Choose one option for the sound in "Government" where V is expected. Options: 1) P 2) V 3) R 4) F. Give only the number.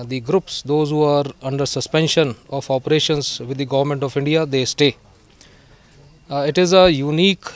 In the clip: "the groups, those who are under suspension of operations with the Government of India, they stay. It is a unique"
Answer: 2